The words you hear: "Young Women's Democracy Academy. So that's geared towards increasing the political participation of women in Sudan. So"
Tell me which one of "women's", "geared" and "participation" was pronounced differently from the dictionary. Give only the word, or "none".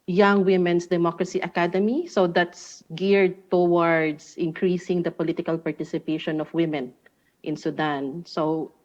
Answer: women's